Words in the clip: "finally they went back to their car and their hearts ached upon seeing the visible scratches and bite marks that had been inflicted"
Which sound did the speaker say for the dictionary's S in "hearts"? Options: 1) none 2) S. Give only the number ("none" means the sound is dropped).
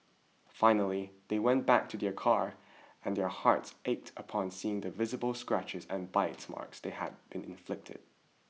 2